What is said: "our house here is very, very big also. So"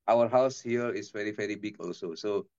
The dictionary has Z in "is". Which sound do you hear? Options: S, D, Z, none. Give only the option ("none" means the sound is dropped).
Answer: S